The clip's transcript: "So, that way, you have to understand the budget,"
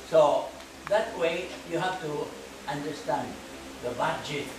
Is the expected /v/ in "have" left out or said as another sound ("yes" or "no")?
yes